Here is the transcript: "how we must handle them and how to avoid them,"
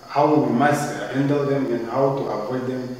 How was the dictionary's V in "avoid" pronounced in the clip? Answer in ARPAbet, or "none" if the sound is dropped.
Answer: P